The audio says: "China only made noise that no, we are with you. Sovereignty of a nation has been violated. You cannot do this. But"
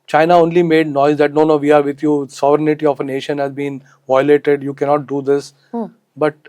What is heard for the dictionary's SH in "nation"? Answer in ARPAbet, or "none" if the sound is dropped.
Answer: SH